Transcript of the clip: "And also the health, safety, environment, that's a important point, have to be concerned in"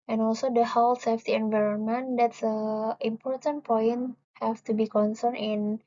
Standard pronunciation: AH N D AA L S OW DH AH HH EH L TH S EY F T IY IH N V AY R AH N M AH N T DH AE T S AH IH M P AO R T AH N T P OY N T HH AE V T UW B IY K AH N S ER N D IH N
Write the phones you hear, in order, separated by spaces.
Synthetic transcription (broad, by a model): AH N AA L S OW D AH HH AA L S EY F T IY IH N V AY R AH N M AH N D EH T S AH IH M P AO R T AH N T P OY N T HH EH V T UW B IY K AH N S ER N IH N